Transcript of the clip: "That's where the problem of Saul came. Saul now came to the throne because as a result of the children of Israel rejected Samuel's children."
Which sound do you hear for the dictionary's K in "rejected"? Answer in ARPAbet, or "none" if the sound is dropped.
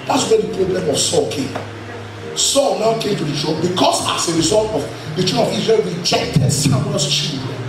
K